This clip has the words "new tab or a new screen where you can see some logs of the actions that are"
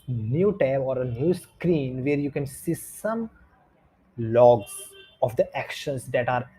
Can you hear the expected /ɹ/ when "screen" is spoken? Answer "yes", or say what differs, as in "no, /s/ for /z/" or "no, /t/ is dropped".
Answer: yes